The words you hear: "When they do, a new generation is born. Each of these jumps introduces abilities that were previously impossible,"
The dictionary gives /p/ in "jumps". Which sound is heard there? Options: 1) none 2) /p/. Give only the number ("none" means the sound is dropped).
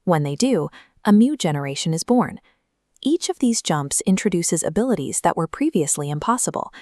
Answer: 2